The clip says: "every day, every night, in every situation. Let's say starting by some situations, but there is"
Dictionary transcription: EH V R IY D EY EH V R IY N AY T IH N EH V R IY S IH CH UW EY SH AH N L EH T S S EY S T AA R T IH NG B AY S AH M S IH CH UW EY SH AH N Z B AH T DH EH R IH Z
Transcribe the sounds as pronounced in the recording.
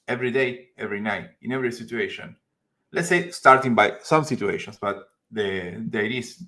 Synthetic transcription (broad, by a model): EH V R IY D EY EH V R IY N AY T IH N EH V R IY S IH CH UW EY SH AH N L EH T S S EY S T AA R T IH NG B AY S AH M S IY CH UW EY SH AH N S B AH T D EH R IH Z